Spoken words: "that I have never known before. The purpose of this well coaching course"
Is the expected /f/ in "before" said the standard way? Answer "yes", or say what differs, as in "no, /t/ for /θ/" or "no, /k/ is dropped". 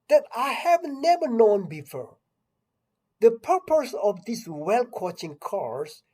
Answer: yes